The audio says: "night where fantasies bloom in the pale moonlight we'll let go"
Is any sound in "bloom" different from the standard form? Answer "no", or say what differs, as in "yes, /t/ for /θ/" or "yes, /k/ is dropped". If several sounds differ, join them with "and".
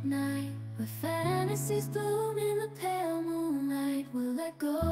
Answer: yes, /l/ is dropped